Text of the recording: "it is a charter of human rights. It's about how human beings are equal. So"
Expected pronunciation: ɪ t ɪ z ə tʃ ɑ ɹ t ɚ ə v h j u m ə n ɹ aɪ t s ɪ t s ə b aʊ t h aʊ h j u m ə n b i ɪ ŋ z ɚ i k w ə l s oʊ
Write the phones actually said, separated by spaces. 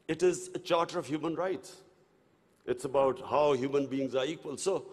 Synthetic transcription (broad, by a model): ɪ t ɪ z ə tʃ ɑ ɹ t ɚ ə v h j u m ə n ɹ aɪ t s ɪ t s ə b aʊ t h aʊ h j u m ə n b i ɪ ŋ z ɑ i k w ə l s oʊ